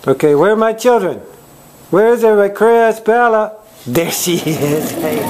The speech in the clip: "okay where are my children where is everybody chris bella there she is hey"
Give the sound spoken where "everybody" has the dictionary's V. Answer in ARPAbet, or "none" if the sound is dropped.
none